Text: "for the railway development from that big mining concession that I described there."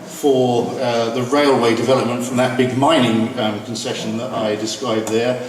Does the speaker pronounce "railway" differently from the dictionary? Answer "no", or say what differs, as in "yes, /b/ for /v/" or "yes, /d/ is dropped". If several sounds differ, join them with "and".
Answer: no